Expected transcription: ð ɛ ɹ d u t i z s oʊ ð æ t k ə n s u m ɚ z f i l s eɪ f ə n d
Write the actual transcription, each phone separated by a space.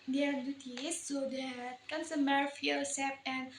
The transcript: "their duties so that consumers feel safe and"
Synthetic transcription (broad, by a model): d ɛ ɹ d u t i s oʊ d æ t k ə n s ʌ m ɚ f i l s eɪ p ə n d